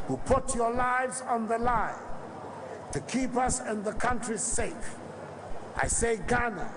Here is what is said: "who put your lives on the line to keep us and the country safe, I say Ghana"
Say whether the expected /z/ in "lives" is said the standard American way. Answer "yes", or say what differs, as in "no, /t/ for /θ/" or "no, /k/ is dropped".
yes